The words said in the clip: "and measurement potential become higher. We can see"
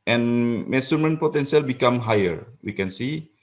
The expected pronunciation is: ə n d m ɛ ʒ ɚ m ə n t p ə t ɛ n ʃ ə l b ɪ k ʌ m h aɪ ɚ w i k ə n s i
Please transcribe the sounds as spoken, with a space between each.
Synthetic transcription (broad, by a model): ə n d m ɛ s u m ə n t p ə t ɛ n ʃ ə l b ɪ k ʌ m h aɪ ɚ w i k ə n s i